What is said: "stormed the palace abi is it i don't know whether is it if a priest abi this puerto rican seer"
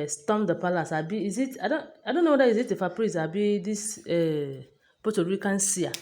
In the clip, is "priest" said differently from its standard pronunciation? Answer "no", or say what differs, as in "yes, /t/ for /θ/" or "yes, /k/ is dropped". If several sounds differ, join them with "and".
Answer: yes, /t/ is dropped